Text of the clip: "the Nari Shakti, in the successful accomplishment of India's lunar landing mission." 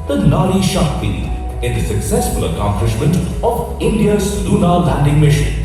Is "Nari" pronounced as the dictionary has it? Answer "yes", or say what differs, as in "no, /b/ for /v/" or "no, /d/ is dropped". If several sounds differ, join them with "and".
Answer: no, /l/ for /n/